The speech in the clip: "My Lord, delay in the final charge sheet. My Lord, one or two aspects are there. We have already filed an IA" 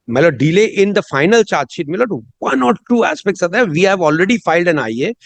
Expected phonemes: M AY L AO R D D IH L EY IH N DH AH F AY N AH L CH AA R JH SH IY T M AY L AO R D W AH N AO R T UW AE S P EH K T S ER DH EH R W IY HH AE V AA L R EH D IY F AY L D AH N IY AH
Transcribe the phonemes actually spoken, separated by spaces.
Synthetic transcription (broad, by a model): M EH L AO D D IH L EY IH N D AH F AY N AH L CH AA R JH SH IY T M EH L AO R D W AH N AO R T UW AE S P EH K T S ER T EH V IY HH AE V AA L R EH D IY F AY L D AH N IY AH